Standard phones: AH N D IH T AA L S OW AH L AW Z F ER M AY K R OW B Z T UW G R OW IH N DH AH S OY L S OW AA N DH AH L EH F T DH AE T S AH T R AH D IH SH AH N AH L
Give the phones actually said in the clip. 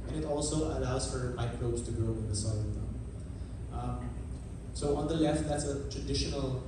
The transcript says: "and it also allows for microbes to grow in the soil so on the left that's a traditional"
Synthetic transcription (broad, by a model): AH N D IH T AA L S OW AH L AW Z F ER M AY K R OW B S T UW G OW IH N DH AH S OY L S OW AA N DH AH L EH F T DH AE T S AH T R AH D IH SH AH N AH L